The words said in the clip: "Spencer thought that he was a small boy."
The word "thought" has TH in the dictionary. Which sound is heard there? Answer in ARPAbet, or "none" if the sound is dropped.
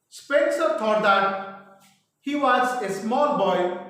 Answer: T